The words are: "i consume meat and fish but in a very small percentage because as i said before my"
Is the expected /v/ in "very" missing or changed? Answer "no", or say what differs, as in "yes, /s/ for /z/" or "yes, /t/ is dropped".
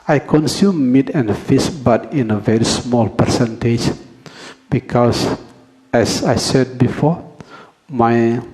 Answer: no